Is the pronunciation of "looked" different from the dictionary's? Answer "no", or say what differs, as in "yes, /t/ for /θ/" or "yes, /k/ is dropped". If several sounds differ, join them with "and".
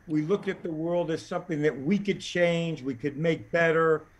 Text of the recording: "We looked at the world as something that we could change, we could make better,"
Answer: no